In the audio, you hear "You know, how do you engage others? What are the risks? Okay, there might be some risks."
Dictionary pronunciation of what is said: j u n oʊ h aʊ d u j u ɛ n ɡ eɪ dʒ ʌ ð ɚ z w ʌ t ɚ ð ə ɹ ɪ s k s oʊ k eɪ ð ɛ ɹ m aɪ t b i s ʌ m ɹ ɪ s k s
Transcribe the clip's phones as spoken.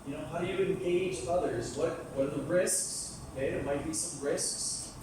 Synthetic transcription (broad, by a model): j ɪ n oʊ h aʊ d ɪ j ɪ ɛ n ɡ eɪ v ʌ ð ɚ z w ʌ t ɚ ð ə ɹ ɪ s k s oʊ k eɪ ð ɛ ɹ m aɪ t b i s ʌ m ɹ ɪ s k s